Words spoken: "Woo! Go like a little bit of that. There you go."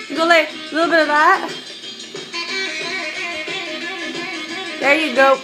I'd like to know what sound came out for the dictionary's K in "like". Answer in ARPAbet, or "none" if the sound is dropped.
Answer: none